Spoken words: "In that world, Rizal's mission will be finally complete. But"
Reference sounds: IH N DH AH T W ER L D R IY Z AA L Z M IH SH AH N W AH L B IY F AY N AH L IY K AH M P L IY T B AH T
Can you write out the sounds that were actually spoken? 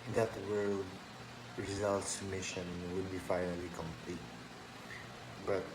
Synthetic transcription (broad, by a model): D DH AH T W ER D R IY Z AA L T M IH SH AH N W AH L B IY F AY N AH L IY K AH M P L IY T B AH T